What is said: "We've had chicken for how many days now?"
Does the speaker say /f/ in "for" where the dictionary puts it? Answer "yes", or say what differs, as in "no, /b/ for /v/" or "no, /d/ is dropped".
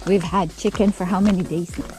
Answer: yes